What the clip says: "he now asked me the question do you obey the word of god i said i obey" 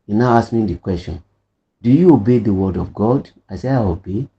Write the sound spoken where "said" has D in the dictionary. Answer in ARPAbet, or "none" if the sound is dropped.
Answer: none